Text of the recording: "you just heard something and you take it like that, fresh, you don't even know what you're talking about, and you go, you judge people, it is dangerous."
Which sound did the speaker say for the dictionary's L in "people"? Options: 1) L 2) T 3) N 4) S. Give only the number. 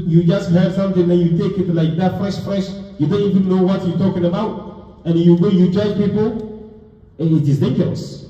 3